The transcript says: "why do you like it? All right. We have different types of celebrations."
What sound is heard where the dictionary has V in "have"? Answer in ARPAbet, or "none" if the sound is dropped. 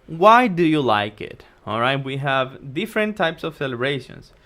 V